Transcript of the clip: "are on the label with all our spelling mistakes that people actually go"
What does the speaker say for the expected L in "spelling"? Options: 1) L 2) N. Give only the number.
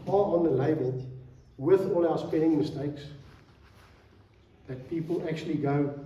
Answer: 2